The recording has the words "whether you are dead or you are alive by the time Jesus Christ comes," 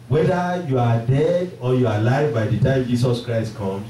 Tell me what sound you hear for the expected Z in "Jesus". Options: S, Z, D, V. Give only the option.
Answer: S